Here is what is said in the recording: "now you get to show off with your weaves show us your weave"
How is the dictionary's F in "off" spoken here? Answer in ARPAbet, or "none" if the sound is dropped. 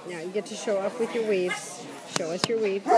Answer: P